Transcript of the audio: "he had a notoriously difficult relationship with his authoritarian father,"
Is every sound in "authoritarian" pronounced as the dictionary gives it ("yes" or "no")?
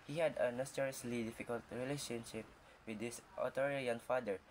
no